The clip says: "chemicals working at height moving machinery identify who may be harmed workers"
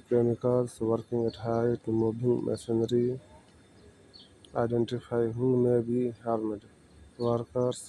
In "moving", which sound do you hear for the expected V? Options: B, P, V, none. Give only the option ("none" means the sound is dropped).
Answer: B